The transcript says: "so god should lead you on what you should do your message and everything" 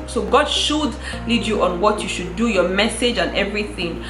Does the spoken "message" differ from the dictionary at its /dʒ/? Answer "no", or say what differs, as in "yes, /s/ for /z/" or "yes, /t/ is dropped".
no